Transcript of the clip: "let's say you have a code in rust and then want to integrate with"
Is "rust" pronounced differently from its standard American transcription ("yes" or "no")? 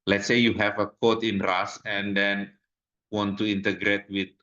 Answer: yes